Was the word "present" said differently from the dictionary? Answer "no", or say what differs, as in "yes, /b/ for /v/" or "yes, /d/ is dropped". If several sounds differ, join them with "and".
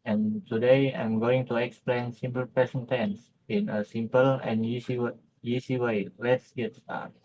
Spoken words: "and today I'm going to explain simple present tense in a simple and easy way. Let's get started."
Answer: yes, /ɹ/ is dropped and /s/ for /z/